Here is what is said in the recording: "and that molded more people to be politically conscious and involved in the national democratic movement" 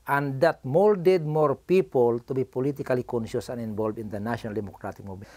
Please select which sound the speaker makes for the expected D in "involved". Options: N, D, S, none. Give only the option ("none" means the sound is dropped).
none